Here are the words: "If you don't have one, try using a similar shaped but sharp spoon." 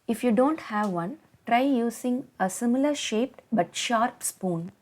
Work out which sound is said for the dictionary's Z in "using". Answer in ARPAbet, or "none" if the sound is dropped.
S